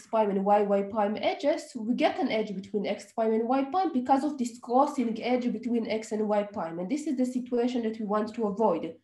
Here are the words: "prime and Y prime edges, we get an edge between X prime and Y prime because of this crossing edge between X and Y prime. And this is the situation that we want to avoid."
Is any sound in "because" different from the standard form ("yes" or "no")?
no